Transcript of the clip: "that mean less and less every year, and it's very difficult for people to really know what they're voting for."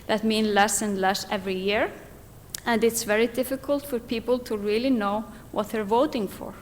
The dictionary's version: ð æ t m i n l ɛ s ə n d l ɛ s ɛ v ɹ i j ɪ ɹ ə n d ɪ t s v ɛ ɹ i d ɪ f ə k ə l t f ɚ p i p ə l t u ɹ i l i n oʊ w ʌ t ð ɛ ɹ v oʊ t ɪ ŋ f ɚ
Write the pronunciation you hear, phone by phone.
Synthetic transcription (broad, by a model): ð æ t m i n l ɛ s ə n d l ɛ s ɛ v ɹ i j ɪ ɹ ə n d ɪ t s v ɛ ɹ i d ɪ f ə k ə l t f ɚ p i p ə l t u ɹ i l i n oʊ w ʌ t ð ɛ ɹ v oʊ t ɪ ŋ f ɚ